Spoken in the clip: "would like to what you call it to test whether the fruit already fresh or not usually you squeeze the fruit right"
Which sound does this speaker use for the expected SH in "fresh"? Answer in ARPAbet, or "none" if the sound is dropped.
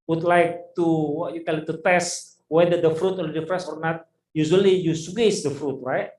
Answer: S